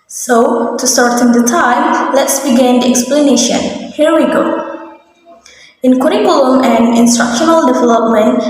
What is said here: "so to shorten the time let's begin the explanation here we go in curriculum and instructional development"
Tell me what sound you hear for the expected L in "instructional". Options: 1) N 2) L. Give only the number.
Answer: 2